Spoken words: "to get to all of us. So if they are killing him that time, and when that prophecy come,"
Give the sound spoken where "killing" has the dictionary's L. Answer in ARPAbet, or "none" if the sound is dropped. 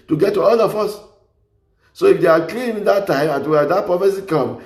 N